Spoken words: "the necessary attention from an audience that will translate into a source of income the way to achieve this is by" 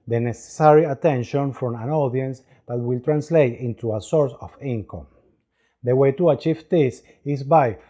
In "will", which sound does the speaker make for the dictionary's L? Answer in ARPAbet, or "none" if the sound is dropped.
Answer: L